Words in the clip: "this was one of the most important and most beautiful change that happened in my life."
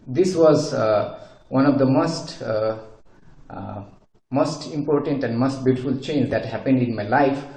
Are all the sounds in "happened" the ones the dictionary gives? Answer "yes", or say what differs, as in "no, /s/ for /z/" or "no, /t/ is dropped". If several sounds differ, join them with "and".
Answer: yes